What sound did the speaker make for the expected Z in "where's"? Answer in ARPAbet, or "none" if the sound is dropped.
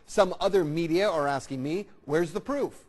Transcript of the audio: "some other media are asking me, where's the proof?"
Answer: Z